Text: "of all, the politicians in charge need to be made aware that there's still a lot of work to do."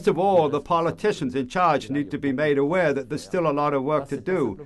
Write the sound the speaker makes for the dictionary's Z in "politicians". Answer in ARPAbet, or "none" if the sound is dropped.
Z